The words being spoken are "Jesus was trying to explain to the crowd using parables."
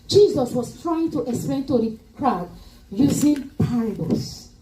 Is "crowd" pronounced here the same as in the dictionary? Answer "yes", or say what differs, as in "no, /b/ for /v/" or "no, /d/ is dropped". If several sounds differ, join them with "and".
yes